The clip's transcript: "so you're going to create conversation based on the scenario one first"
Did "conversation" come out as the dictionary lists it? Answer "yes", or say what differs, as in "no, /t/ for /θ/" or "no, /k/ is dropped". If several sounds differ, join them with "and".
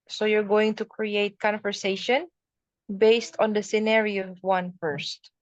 yes